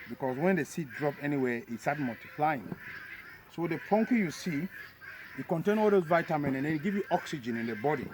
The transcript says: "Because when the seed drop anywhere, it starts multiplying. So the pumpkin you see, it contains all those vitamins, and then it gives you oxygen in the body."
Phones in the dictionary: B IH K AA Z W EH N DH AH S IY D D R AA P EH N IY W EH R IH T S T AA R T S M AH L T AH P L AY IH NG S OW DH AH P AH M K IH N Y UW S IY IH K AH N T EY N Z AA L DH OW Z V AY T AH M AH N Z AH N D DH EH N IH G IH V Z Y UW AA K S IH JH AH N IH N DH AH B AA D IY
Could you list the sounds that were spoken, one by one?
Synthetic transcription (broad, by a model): B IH K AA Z W EH N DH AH S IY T D R AA P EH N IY W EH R IH T S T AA T M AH L T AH P L AY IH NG S OW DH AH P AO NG K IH Y UW S IY IH K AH N T EY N AA L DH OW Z V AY T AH M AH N AH N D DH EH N IH G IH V Y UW AA K S IH JH AH N IH N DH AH B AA D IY